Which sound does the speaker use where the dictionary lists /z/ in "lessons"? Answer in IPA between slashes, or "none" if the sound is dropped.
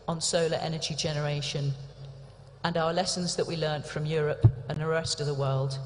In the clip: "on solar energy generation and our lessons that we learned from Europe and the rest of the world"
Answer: /z/